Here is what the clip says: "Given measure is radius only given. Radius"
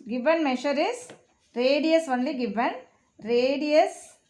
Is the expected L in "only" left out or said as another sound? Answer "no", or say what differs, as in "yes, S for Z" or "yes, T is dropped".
no